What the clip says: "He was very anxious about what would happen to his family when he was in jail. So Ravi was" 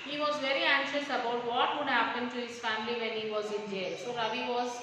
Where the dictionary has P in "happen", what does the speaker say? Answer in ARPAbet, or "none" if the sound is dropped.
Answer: F